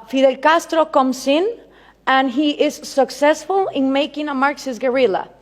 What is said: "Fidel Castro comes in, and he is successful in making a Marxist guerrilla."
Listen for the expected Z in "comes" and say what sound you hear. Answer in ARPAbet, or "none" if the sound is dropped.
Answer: S